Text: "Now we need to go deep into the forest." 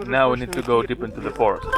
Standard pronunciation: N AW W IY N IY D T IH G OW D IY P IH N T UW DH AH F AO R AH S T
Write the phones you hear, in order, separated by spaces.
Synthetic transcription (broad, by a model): N AW W IY N IY D T IH G OW D IY P IH N T UW DH AH F AO R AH S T